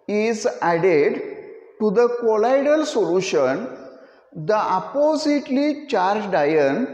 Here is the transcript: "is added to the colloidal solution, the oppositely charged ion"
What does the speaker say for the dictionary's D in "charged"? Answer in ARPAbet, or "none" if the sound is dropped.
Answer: D